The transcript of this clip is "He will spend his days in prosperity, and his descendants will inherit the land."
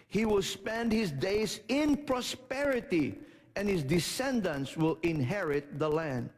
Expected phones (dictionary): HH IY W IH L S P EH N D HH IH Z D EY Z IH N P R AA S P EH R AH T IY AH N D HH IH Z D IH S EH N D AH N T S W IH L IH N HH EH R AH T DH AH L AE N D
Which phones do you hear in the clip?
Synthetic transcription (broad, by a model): HH IY W IH L S P EH N D HH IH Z D EY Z IH N P R AA S P EH R AH T IY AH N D HH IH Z D IH S EH N D AH N T S W IH L IH N HH EH R AH T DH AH L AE N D